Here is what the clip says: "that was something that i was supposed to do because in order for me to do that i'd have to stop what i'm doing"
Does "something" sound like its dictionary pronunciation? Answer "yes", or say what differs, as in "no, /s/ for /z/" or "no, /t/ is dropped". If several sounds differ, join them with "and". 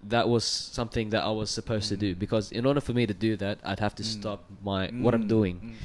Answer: yes